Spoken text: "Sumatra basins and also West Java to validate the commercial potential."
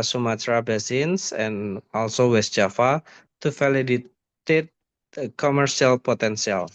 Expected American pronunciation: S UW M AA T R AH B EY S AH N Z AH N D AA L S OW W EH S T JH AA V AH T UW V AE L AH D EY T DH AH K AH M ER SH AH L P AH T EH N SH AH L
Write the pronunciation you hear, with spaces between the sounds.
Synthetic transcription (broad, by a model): S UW M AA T R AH B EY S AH N S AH N AA L S OW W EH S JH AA F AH T UW F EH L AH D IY T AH K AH M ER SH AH L P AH T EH N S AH L